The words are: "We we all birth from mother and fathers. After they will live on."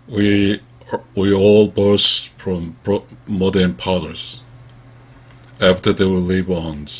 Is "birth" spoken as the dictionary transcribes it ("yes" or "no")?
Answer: no